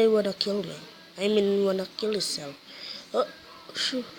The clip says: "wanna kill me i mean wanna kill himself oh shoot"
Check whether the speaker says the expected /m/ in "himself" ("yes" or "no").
no